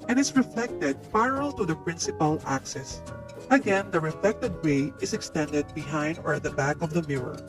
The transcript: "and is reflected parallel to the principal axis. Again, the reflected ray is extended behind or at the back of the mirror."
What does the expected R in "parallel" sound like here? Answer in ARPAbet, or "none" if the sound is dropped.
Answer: none